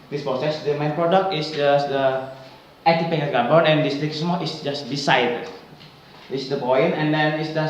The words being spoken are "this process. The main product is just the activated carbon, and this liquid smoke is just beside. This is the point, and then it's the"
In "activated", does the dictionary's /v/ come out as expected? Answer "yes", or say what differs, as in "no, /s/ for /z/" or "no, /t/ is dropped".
no, /p/ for /v/